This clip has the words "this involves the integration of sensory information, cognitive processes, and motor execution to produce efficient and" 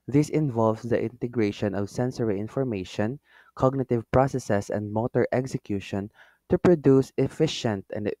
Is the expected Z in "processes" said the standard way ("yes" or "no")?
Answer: no